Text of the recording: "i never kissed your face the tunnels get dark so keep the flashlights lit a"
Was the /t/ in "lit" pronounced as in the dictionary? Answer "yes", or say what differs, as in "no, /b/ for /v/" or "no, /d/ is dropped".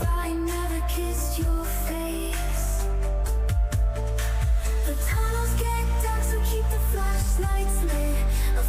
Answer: no, /t/ is dropped